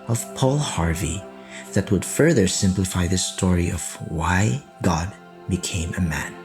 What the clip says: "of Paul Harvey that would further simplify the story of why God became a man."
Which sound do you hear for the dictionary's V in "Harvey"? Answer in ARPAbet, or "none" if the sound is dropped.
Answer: V